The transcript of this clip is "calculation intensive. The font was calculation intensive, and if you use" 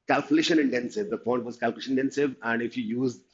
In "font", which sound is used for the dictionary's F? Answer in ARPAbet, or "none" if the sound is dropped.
P